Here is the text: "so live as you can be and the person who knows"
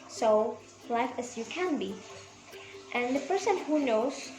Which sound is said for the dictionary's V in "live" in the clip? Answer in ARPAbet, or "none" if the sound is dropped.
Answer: F